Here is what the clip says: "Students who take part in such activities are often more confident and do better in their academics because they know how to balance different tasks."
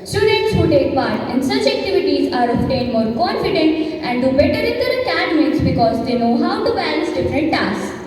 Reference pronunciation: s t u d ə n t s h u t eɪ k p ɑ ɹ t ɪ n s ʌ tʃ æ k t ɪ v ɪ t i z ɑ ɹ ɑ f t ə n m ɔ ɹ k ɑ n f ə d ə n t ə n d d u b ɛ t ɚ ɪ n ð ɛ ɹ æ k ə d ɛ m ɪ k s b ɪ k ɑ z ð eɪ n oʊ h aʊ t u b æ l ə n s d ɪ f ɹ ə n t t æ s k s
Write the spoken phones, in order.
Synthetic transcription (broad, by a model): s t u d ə n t s h u t eɪ k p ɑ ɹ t ɪ n s ʌ tʃ æ k t ɪ v ɪ t i z ɑ ɹ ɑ p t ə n m ɔ ɹ k ɑ n f ə d ə n t ə n d d u b ɛ t ɚ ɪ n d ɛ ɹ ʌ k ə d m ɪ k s b ɪ k ɑ z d eɪ n oʊ h aʊ t u b æ l ə n s d ɪ f ɹ ə n t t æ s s